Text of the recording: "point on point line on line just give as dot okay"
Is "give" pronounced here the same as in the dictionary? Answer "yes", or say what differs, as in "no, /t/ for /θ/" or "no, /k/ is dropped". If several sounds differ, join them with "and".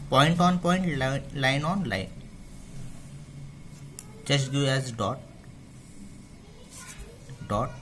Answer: no, /v/ is dropped